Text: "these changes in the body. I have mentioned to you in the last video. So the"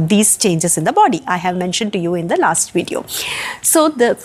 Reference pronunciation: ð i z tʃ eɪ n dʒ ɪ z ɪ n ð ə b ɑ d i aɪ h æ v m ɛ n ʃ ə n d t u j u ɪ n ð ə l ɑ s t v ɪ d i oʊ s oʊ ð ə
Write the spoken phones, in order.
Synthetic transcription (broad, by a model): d i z tʃ eɪ n dʒ ɪ z ɪ n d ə b ɑ d i aɪ h æ v m ɛ n ʃ ə n d t u j u ɪ n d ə l ɑ s t v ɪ d i oʊ s oʊ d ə